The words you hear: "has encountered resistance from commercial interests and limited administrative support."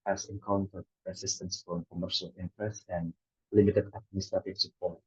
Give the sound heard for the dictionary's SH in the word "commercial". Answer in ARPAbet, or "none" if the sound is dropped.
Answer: SH